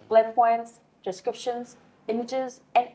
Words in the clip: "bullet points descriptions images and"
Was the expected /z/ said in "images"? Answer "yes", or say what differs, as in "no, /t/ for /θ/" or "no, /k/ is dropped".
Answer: yes